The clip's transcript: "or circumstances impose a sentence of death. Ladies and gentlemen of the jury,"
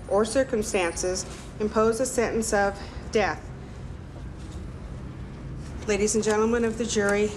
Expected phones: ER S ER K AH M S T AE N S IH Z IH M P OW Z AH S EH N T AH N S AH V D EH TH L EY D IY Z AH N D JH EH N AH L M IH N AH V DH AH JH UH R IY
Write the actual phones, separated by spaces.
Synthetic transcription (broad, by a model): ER S ER K AH M S T AE N S IH Z IH M P OW Z AH S EH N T N S AH V D EH TH L EY D IY Z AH N JH EH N L M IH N AH V DH AH JH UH R IY